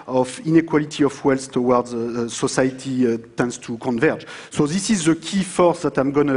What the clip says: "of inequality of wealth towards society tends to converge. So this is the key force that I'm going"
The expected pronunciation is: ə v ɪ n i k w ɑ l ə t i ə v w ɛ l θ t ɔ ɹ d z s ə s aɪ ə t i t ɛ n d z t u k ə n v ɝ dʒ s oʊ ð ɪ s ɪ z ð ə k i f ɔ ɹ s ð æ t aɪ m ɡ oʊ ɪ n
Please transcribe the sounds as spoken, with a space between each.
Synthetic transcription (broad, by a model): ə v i n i k w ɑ l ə t i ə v w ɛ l s t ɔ w d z s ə s aɪ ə t i t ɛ n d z t u k ə n v ɝ dʒ s oʊ ð ɪ s ɪ z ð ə k i f ɔ ɹ s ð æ t aɪ m ɡ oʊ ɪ n